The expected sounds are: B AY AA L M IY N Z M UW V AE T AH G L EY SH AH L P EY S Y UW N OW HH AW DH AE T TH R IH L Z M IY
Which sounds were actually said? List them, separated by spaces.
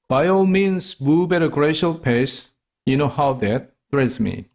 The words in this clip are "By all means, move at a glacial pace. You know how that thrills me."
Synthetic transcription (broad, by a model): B AY AA L M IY N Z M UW B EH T AH G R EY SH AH L P EY S Y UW N OW HH AW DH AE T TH R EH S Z M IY